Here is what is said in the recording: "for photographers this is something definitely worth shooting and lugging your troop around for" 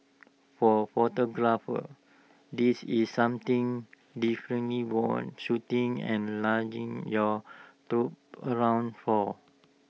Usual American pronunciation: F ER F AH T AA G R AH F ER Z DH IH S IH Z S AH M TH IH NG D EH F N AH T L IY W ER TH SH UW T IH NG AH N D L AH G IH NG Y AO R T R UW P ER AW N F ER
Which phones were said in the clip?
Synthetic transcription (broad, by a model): F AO F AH T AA G R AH F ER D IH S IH S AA M T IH NG D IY F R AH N L IY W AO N SH UW T IH NG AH N L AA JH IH NG Y AO T R UW P ER AW N F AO